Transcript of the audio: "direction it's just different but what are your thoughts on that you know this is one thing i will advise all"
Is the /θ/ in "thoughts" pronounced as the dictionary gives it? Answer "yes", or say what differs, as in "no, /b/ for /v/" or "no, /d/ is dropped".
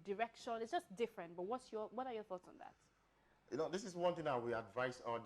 yes